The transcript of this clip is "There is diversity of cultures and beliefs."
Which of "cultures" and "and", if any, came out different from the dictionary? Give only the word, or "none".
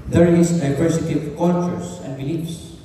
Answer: cultures